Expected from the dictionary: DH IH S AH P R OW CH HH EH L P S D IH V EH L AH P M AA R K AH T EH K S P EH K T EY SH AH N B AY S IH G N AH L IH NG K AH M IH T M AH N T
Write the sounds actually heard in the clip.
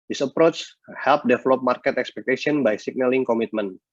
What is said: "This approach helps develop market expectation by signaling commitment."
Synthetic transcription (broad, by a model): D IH S AH P R OW CH HH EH L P D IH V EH L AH P M AA R K AH T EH K S P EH K T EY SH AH N B AY S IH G N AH L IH NG K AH M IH T M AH N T